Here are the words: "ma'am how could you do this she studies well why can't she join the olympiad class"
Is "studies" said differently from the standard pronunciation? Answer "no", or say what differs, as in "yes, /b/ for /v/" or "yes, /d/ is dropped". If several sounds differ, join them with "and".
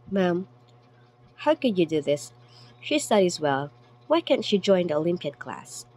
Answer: no